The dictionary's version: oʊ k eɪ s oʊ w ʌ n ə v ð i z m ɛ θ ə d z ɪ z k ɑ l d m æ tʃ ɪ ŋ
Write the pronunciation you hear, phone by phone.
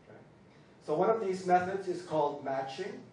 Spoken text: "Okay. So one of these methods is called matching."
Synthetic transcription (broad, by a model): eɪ s oʊ w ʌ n ə v ð i z m ɛ θ ə d z ɪ z k ɑ l d m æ tʃ ɪ ŋ